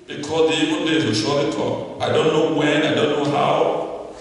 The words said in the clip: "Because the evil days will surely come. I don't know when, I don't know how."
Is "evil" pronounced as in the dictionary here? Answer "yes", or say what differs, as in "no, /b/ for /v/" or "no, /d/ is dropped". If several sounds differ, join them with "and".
no, /n/ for /l/